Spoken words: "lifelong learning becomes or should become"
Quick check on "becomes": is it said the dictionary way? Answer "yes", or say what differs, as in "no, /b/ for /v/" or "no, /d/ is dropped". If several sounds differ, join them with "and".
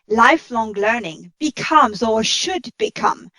yes